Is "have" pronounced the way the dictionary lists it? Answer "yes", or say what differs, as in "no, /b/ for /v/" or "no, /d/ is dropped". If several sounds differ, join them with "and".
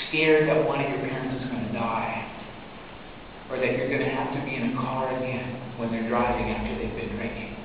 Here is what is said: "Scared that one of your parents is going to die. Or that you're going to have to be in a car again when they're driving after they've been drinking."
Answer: no, /f/ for /v/